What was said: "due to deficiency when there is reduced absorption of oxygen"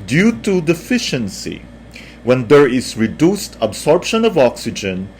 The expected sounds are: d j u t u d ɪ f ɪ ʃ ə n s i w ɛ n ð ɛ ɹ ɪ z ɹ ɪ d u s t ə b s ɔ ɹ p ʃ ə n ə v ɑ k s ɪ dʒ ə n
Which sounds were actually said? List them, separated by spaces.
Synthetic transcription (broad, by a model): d j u t u d ɪ f ɪ ʃ ə n s i w ɛ n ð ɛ ɹ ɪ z ɹ ɪ d u s t ə b s ɔ ɹ p ʃ ə n ə v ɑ k s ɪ dʒ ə n